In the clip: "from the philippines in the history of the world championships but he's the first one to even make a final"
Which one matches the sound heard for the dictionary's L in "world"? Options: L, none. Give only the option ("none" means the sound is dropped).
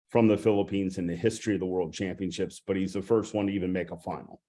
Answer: L